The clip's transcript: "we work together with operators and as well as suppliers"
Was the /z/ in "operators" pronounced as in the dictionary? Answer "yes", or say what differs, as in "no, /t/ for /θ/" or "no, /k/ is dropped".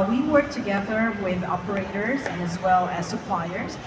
yes